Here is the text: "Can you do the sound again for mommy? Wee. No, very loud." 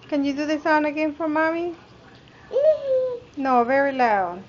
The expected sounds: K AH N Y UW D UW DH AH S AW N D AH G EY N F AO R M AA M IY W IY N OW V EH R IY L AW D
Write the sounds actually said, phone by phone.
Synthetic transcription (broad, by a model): K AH N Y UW D UW DH AH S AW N AH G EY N F AO R M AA M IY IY N OW V EH R IY L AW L